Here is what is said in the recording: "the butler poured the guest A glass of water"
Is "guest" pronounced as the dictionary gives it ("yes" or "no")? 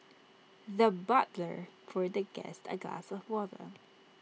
yes